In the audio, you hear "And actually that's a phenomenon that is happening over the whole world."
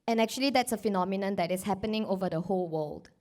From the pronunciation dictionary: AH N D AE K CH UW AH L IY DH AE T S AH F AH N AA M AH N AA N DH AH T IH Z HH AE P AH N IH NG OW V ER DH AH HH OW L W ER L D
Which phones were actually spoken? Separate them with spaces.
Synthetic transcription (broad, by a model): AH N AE K CH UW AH L IY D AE T S AH F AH N AA M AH N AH N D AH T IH S HH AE P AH N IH NG OW V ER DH AH HH OW L W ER L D